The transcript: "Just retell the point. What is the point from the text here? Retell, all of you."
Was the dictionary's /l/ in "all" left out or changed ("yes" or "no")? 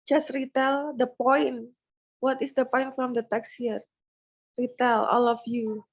no